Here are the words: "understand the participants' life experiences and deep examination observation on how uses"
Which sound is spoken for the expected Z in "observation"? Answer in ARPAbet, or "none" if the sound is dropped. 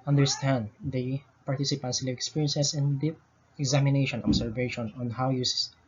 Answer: S